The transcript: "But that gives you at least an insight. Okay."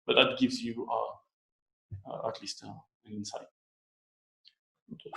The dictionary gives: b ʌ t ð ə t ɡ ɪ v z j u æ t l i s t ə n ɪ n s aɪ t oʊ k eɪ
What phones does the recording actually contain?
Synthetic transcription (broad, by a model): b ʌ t ð ə t ɡ ɪ v z j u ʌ t l i s t ə n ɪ n s aɪ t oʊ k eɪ